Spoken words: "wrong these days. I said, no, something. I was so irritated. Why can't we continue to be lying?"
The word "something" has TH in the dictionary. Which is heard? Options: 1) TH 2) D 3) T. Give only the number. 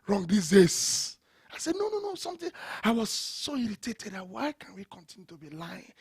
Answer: 3